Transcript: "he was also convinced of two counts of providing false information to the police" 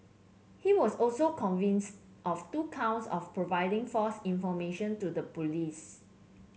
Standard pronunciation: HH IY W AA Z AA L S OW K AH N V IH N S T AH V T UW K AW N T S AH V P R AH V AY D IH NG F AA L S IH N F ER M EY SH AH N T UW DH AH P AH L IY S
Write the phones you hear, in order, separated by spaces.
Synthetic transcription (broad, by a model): HH IY W AA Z AA L S OW K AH N V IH N S T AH F T UW K AW N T S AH F P R AH V AY D IH NG F AA S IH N F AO M EY SH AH N T UW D AH P AH L IY S